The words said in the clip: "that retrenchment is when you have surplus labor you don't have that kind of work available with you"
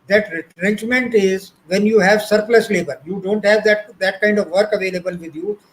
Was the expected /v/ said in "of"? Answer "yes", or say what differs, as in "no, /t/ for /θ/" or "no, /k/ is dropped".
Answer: yes